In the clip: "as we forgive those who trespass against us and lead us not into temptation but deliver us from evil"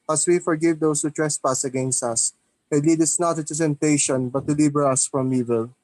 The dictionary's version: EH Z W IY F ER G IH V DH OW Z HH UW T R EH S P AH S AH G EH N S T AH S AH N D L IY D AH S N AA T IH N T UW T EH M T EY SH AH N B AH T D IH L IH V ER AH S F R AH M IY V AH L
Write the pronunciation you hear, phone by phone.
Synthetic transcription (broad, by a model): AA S W IY F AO G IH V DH OW S HH UW T R EH S P AH S AH G EH N S T AH S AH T L IY D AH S N AA T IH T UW S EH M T EY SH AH N B AH T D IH L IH B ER AH S F R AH M IY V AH L